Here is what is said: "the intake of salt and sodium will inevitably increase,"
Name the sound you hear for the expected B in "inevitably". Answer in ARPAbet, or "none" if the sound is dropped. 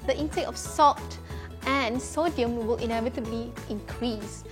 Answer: B